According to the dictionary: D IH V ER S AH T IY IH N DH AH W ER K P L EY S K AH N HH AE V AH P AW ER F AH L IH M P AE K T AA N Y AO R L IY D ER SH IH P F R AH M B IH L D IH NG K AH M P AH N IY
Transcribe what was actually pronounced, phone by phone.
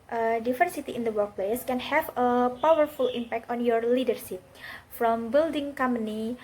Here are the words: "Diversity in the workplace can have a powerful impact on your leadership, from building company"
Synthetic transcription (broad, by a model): D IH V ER S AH T IY IH N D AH W ER K P L EY S K AH N HH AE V AH P AW ER F AH L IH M P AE K T AA N Y AO R L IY D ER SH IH P F R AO M B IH L D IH NG K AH M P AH N IY